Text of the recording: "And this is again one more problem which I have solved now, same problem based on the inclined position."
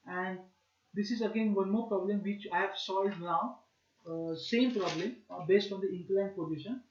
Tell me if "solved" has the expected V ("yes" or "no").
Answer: no